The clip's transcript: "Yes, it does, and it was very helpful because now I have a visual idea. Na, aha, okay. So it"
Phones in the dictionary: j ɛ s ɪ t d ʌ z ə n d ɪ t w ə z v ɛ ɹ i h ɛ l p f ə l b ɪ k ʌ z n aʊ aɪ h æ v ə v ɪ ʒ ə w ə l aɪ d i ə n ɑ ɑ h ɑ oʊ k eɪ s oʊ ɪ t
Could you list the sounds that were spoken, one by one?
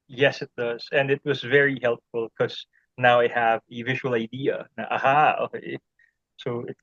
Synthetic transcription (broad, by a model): j ɛ s ɪ t d ʌ z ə n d ɪ t w ə z v ɛ ɹ i h ɛ l p f ə l k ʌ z n aʊ aɪ h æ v ə v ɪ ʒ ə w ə l aɪ d i ə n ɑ ɑ h ɑ oʊ k eɪ s oʊ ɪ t